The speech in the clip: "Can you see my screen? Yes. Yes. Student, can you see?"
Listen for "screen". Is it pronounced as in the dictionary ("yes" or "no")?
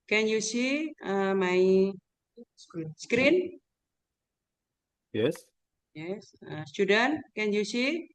yes